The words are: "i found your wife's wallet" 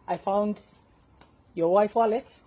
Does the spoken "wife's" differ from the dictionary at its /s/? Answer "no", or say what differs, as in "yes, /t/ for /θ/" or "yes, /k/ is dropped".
yes, /s/ is dropped